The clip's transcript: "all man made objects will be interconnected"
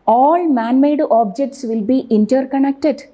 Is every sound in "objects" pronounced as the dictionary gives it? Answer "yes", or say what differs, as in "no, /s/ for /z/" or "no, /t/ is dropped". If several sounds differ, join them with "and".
yes